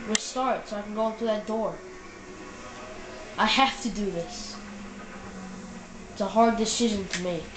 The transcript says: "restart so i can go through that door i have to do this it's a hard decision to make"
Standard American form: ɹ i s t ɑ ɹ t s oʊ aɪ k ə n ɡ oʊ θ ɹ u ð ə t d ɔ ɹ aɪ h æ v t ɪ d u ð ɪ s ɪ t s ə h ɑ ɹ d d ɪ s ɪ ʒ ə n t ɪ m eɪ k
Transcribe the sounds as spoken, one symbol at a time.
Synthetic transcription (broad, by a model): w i s t ɑ ɹ t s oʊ aɪ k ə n ɡ oʊ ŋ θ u ð ə t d ɔ ɹ aɪ h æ f t ɪ d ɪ ð ɪ s ɪ t s ə h ɑ ɹ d d ɪ s ɪ ʒ ə n t ɪ m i